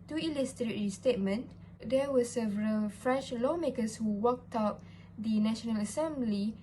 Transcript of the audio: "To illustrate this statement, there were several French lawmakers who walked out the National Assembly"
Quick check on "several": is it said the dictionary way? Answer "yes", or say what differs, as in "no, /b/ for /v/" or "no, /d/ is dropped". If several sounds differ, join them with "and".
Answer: yes